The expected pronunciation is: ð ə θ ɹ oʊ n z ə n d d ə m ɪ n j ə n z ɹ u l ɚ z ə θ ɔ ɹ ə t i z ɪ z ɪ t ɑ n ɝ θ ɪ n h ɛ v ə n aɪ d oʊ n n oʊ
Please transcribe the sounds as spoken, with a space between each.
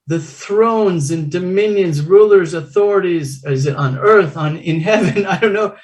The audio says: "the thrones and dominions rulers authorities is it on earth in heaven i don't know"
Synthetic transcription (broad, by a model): ð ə θ ɹ oʊ n z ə n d d ə m ɪ n j ə n z ɹ u l ɚ z ə θ ɔ ɹ ə t i z ɪ z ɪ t n ɝ θ ɪ n h ɛ v ə n aɪ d oʊ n n oʊ